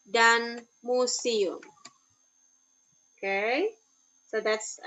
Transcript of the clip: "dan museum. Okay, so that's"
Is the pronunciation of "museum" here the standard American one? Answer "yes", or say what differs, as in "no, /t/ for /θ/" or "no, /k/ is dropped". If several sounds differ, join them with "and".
no, /s/ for /z/